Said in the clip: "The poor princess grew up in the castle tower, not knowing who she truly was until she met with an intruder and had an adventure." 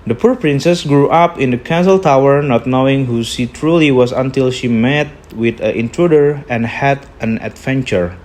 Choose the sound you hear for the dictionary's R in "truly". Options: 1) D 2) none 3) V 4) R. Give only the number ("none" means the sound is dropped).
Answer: 4